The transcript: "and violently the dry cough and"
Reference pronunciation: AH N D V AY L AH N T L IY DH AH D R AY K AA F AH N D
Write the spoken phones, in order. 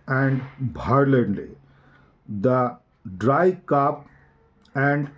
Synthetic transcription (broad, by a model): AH N D B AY L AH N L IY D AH D R AY K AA P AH N D